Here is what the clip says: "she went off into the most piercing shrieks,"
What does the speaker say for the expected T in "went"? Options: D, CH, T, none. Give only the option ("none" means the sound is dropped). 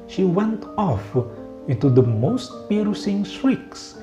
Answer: T